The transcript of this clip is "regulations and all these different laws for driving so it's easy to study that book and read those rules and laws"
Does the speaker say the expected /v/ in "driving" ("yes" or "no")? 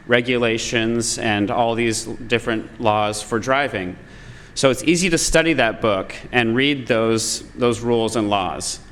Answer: yes